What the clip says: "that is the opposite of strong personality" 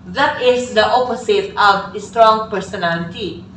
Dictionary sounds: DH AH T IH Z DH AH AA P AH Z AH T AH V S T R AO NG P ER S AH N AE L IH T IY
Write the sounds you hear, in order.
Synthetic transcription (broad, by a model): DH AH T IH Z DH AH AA P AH S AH T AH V S T R AO NG P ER S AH N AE L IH T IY